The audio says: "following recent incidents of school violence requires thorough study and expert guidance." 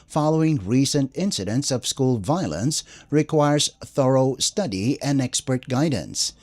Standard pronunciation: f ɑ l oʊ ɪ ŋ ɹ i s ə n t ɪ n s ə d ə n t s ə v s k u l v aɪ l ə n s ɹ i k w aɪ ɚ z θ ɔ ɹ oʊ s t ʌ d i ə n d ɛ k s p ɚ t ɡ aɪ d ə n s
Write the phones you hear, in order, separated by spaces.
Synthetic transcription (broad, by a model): f ɑ l oʊ ɪ ŋ ɹ i s ə n t ɪ n s ə d ə n t s ə v s k u l v aɪ l ə n s ɹ i k w aɪ ɚ z θ ɔ ɹ oʊ s t ʌ d i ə n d ɛ k s p ɚ t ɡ aɪ d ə n s